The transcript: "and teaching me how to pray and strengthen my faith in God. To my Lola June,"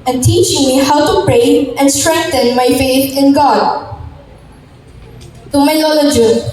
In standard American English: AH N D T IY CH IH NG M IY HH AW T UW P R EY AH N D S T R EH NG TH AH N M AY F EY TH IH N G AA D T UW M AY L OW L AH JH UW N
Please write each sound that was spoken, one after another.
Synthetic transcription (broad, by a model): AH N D T IY CH IH NG M IY HH AW T UW P R EY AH N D S T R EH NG T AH N M AY F EY T IH N G AA D T UW M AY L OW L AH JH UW